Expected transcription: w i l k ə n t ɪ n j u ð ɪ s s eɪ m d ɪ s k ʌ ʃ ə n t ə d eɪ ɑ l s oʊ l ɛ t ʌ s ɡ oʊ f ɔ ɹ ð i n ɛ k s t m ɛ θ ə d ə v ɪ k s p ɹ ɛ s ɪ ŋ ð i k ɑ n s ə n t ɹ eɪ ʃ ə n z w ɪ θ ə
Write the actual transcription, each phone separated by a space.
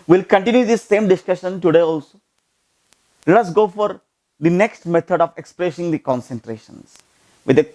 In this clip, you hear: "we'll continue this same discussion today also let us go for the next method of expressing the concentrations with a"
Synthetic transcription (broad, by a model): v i l k ə n t ɪ n j u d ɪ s s eɪ m d ɪ s k ʌ ʃ ə n t ə d eɪ ɑ l s oʊ l ɛ t ʌ s ɡ oʊ f ɔ ɹ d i n ɛ k s t m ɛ t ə d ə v ɪ k s p ɹ ɛ s ɪ ŋ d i k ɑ n s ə n t ɹ eɪ ʃ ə n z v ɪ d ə